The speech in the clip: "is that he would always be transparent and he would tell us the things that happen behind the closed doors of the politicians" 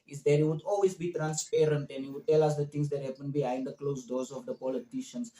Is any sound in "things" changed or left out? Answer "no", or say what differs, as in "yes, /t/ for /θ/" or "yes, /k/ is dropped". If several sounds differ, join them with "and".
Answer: yes, /t/ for /θ/